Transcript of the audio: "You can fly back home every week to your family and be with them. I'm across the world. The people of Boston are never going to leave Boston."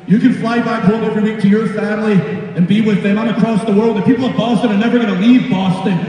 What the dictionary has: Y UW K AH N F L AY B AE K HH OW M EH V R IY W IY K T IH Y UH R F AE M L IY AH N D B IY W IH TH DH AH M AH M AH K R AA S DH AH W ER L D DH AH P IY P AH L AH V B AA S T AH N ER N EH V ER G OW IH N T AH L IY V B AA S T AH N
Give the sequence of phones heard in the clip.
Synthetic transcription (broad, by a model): Y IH K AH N F L AY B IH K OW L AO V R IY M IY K T IH Y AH R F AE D L IY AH N B IY W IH DH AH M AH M AH K R AA S DH AH W ER L D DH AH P IY P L AH V B AA S T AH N ER N EH V ER G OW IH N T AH L IY V B AA S T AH N